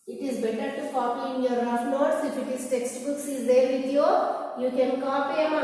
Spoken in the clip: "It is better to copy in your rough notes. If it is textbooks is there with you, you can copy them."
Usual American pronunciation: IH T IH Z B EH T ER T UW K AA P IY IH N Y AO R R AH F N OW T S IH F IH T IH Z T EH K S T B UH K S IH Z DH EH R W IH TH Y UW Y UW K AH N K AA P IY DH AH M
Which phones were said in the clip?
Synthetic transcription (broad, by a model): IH T IH Z B EH T ER T UW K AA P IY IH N Y AO R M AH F L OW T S IH F IH T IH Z T EH K S T B UH K S IH Z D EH R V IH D Y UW Y UW K AH N K AA P IY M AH